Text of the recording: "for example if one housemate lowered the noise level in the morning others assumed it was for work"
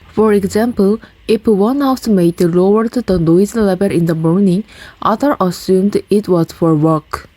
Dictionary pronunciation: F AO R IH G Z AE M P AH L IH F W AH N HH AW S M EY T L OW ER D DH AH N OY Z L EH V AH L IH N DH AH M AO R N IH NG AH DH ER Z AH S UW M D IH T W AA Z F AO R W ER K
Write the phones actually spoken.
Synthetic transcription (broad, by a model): F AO R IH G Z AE M P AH L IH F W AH N HH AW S M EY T L OW ER D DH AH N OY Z L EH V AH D IH N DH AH M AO R N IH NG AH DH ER AH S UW M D IH T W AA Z F AO R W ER K